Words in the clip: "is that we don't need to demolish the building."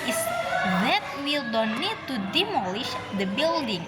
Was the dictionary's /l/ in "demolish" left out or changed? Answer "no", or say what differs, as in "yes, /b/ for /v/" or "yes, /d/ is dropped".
no